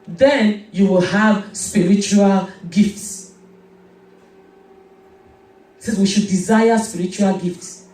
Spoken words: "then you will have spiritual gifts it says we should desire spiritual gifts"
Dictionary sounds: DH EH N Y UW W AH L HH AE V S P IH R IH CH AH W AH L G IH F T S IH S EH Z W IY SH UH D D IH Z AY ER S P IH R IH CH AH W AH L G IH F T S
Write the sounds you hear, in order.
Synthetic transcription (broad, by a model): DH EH N Y UW W AH L HH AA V S P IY R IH CH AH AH L G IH F T S IH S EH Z W IY SH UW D D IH Z AY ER S P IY R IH CH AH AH L G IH F T S